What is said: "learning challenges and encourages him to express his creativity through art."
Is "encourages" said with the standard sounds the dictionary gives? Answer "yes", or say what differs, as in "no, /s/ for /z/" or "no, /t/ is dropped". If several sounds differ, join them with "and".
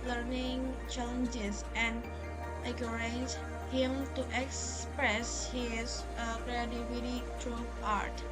no, /n/ is dropped